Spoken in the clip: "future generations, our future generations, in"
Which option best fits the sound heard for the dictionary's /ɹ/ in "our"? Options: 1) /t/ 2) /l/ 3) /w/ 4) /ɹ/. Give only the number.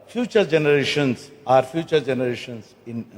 4